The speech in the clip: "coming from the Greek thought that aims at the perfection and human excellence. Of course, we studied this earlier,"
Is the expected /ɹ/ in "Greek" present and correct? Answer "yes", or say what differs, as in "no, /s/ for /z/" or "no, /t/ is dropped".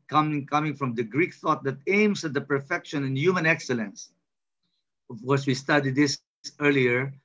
yes